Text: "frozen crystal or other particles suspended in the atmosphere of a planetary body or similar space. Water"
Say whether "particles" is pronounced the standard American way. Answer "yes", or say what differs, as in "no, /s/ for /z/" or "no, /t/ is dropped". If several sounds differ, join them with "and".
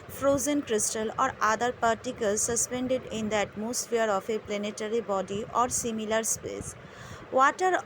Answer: yes